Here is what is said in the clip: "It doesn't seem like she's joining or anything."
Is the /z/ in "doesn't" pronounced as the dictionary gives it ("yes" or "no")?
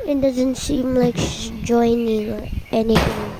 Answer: yes